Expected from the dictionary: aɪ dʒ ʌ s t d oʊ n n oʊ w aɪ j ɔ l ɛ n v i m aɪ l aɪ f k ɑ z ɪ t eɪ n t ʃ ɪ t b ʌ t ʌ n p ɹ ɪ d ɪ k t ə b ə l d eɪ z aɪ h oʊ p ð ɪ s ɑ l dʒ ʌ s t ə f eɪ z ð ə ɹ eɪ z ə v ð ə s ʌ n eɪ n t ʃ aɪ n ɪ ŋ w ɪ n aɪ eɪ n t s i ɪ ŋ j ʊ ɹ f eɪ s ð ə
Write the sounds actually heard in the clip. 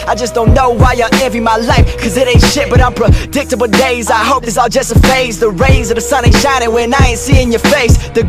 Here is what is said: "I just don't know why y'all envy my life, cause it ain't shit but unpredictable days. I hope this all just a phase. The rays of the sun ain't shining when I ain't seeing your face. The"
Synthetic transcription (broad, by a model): aɪ dʒ ʌ s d oʊ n n oʊ w aɪ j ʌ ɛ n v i m aɪ l aɪ f k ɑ z ɪ t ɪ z ʃ ɪ t b ʌ t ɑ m p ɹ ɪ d ɪ k t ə b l d eɪ z aɪ h oʊ p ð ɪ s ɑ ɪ dʒ ʌ s t ə f eɪ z ð ə ɹ eɪ z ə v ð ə s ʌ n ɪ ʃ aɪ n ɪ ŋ w ɪ n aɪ eɪ n t s i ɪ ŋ j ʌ ɹ f eɪ s ð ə